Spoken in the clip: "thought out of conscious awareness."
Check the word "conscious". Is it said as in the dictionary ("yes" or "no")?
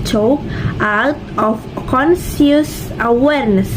no